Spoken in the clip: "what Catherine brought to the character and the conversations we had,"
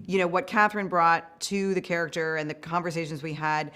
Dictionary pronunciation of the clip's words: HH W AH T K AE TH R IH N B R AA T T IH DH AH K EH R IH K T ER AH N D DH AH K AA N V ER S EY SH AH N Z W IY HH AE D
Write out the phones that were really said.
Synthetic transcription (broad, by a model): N W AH T K AE TH R IH N B R AA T T IH DH AH K EH R IH K T ER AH N DH AH K AA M V ER S EY SH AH N Z W IY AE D